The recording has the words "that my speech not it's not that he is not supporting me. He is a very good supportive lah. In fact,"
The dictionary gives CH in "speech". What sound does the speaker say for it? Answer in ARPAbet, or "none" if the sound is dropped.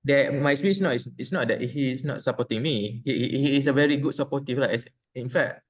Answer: S